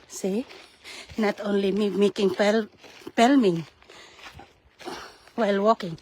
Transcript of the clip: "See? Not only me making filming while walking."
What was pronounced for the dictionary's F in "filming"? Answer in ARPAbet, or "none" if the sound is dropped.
P